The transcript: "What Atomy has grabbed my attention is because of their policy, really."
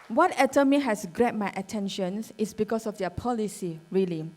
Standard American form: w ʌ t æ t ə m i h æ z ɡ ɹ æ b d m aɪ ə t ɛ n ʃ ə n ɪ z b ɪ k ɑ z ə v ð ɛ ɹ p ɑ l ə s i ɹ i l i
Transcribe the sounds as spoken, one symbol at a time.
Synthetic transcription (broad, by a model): w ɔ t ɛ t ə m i h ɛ s ɡ ɹ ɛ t m aɪ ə t ɛ n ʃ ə n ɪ s b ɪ k ɑ s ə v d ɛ p ɑ l ə s i ɹ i l i